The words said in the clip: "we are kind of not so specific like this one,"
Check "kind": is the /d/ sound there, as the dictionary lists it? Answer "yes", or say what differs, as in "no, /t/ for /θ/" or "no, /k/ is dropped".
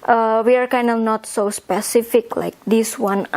yes